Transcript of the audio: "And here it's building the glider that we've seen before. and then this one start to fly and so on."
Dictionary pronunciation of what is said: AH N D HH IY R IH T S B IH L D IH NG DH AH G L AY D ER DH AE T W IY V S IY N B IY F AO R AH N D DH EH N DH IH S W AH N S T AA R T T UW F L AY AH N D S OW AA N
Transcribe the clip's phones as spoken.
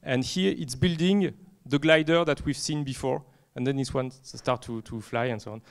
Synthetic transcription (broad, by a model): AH N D HH IY R IH T S B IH L D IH NG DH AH G L AY D ER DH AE T W IY V S IY N B IY F AO R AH N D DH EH N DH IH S W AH N S T AA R T T UW F L AY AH N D S OW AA N